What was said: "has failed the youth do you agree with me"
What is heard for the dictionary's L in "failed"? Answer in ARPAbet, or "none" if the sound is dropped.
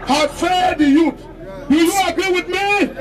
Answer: none